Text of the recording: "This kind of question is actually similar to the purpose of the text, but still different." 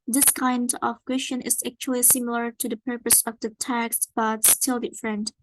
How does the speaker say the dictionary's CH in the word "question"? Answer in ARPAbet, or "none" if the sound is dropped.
SH